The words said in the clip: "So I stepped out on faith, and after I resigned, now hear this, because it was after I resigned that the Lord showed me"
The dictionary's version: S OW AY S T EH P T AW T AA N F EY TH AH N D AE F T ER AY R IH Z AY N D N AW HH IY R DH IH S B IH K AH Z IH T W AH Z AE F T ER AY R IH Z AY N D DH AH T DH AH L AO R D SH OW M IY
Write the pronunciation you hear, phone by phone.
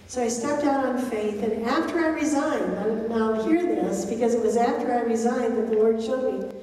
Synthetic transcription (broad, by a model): S OW AY S T EH P T AW T N F EY TH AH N AE F T ER AY R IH Z AY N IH N AW HH IY R DH IH S B IH K AH Z IH T W AH Z AE F T ER AY R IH Z AY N DH AH T DH AH L AO R D SH OW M IY